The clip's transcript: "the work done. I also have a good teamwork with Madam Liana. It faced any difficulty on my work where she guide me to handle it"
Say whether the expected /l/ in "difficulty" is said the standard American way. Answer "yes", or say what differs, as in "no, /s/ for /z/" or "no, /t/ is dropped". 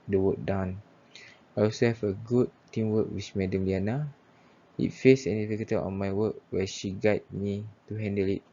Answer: no, /l/ is dropped